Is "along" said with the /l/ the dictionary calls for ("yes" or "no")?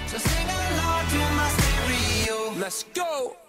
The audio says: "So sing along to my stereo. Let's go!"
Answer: no